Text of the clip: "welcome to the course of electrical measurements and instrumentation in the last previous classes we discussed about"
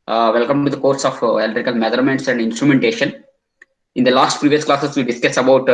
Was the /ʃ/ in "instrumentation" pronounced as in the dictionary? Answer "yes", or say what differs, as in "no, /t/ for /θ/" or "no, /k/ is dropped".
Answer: yes